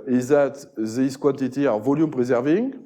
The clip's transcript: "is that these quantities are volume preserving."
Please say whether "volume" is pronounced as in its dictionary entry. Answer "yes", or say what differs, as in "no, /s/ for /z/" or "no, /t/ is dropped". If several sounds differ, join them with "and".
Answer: yes